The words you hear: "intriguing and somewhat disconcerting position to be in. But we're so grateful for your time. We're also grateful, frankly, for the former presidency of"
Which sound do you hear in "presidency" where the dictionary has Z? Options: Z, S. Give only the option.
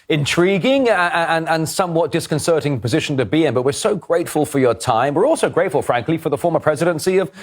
Z